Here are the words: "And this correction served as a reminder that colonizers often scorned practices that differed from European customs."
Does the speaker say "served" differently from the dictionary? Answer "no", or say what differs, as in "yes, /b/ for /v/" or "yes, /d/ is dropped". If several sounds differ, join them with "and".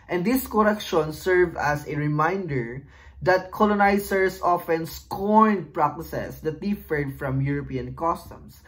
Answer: yes, /d/ is dropped